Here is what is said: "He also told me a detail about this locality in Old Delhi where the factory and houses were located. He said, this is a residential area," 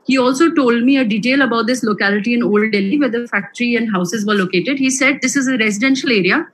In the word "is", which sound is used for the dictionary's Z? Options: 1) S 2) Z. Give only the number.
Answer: 2